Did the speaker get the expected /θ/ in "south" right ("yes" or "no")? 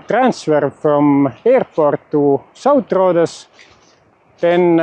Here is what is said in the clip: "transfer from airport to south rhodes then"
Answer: no